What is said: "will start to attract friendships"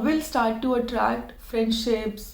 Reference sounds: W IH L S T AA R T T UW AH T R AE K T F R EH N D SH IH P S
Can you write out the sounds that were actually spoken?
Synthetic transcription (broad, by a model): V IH L S T AA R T T UW AH T R AE K T F R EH N D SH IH P S